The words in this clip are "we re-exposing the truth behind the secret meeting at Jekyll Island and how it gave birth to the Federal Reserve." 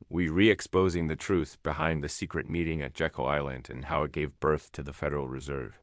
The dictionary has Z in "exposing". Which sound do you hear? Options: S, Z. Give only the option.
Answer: Z